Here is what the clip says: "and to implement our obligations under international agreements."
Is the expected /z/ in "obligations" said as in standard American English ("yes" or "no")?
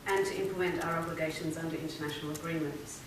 yes